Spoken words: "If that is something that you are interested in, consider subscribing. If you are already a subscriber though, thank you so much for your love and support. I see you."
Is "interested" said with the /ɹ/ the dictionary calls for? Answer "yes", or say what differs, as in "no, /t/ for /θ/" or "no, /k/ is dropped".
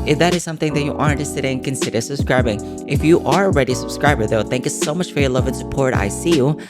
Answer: no, /ɹ/ is dropped